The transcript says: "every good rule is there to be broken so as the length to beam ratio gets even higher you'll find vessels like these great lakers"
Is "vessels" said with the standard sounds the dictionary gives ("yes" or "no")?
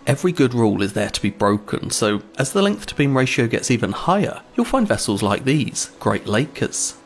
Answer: yes